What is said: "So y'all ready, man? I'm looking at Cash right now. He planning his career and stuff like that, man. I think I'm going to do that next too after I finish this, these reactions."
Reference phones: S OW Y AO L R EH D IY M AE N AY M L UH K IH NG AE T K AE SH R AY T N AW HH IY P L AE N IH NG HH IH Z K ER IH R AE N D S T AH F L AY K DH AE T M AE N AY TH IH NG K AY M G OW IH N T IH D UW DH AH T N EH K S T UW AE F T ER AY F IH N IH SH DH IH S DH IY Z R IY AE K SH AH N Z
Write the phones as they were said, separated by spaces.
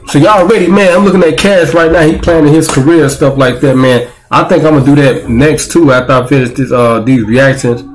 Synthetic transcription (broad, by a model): S OW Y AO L R EH D IY M AE N AY M L UH K IH NG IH T K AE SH R AY T N AW HH IY P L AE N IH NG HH IH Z K ER IH R S T AH F L AY K DH AE T M AE N AY TH IH NG K AY M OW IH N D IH DH AH T N EH K S T UW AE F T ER AY F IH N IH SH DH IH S DH IY Z R IY AE K SH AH N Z